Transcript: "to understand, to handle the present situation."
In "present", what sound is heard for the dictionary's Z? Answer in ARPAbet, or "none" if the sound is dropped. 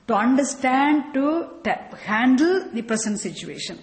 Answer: S